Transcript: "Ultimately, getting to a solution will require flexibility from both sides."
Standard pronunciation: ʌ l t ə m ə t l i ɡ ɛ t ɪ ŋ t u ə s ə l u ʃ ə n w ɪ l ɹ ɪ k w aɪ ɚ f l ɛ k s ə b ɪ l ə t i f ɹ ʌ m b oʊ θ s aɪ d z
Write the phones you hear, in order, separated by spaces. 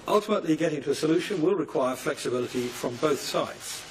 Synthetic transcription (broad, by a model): ʌ l t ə m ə t l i ɡ ɛ t ɪ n t u ə s ə l u ʃ ə n w ɪ l ɹ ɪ k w aɪ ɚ f l ɛ k s ə b ɪ l ə t i f ɹ ʌ m b oʊ θ s aɪ d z